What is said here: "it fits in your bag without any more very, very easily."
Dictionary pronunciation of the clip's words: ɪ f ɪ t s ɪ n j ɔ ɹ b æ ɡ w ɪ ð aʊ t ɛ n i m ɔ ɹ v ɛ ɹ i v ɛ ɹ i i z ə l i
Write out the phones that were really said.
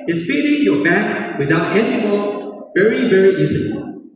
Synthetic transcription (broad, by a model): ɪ f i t ɪ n j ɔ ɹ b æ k w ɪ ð aʊ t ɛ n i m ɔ v ɛ ɹ i v ɛ ɹ i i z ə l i